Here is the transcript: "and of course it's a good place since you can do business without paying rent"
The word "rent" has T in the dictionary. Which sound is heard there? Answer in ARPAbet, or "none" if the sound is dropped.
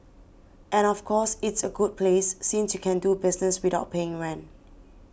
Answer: none